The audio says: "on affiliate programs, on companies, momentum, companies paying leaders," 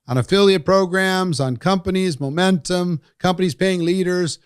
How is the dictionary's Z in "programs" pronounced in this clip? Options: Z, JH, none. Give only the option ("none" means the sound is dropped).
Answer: Z